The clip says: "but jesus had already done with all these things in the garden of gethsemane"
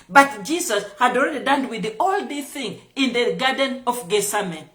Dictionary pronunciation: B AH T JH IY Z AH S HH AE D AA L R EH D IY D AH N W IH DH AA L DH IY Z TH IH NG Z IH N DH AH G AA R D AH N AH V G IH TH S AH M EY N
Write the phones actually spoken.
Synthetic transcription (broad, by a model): B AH T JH IY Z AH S HH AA D AA L R EH D IY D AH N W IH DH AA L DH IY TH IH NG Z IH N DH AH G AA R D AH N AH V G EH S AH M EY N